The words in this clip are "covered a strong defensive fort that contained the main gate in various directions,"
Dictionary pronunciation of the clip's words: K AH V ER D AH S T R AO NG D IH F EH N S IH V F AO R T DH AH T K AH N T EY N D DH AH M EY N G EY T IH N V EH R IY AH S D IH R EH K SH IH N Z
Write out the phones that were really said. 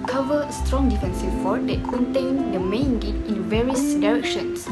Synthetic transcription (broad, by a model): K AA V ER AH S T R AO NG D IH F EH N S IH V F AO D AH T K AH N T EY N D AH M EY N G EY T IH N V EH R IY AH S D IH R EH K SH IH N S